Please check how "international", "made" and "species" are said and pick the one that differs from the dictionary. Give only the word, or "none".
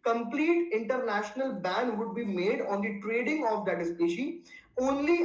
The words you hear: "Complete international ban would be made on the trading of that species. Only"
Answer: species